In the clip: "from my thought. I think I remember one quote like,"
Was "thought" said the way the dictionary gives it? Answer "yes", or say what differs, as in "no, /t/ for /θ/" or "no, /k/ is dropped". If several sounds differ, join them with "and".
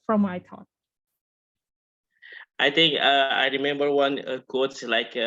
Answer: no, /t/ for /θ/